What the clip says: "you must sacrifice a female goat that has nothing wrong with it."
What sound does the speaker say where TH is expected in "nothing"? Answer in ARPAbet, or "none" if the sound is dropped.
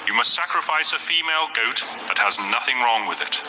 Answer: TH